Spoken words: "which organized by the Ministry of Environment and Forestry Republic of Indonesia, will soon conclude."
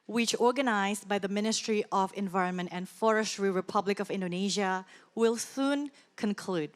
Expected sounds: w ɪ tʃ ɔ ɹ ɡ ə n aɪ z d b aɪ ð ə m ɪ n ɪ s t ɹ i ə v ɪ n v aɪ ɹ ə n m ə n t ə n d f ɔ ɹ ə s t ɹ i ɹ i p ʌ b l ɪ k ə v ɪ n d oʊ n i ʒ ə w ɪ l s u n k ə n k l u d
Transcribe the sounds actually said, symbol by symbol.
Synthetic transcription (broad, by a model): w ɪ tʃ ɔ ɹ ɡ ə n aɪ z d b aɪ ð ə m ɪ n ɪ s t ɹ i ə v ɪ n v aɪ ɹ ə n m ə n t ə n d f ɔ ɹ ə s t ɹ i ɹ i p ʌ b l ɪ k ə v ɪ n d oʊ n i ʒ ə w ɪ l s u n k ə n k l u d